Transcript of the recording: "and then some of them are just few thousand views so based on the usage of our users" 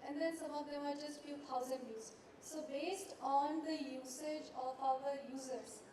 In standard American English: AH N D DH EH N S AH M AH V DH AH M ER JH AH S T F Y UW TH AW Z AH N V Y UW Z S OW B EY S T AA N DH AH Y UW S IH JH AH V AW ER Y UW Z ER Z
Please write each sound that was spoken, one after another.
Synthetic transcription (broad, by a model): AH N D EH N S AH M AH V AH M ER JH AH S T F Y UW T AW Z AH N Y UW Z S OW B EY S T AA N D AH Y UW S IH JH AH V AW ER Y UW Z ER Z